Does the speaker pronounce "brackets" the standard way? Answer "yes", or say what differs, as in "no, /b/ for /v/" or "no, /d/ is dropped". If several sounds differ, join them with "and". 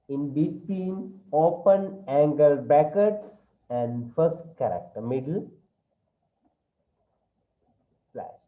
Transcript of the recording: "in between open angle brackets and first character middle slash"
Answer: no, /ɹ/ is dropped